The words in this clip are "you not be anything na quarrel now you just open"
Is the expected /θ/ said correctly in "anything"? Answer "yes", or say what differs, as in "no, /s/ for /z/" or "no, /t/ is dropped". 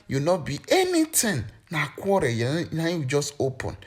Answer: no, /t/ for /θ/